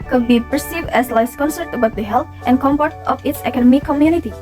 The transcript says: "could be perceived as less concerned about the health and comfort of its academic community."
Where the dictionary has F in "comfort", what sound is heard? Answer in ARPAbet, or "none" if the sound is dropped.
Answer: P